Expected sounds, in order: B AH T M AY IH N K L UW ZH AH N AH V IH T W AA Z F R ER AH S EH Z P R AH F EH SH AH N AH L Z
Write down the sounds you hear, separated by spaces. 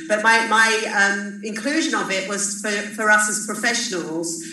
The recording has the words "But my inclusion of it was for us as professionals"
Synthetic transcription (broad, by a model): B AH T M AY IH N K L UW ZH AH N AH B IH T W AA Z F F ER AH S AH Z P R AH F EH SH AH N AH L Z